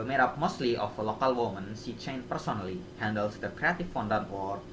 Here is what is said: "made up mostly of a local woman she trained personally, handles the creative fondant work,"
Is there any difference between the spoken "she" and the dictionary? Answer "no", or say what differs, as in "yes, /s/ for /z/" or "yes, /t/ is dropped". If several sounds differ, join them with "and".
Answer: yes, /s/ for /ʃ/